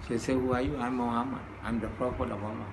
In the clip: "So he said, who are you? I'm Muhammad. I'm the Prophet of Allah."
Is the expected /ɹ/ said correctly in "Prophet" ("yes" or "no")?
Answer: no